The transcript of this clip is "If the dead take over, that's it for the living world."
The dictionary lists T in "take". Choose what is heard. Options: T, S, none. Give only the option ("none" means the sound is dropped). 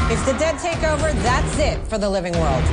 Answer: T